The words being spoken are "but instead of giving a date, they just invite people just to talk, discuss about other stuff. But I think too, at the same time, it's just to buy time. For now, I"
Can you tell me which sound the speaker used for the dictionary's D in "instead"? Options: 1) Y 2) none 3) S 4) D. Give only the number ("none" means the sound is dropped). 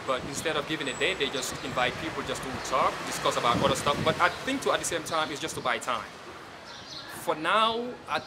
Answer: 4